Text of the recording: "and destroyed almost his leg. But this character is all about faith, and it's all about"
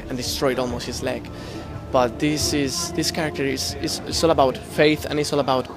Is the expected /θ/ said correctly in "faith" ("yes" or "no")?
yes